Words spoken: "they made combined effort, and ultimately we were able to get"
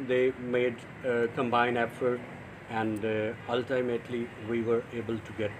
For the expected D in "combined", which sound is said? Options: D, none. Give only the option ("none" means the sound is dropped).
none